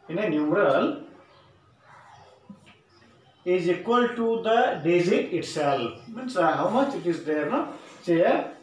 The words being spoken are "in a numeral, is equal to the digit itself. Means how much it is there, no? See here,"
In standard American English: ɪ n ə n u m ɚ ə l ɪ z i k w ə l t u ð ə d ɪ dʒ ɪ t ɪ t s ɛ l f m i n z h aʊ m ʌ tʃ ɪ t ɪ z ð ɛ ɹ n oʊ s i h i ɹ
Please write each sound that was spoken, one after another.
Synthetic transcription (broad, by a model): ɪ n ə n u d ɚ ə l ɪ z i k w ə l t u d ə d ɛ z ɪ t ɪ t s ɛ l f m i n s h aʊ m ʌ tʃ ɪ t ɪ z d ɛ ɹ n oʊ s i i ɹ